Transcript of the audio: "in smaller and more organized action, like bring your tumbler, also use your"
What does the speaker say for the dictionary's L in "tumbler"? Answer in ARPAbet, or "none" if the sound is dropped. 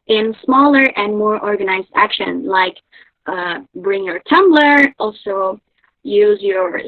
L